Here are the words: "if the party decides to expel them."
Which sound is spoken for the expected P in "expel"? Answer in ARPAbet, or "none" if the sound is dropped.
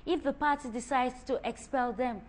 P